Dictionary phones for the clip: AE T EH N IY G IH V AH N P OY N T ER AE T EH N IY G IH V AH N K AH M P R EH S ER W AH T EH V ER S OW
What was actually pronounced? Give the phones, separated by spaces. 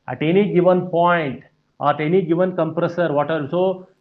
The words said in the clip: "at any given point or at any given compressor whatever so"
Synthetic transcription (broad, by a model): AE T EH N IY G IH V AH N P OY N T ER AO T EH N IY G IH V AH N K AH M P R EH S ER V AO T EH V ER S OW